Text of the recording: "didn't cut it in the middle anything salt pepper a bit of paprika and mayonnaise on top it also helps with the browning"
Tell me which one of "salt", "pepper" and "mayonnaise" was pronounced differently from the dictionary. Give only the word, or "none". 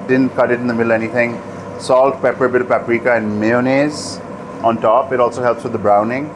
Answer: none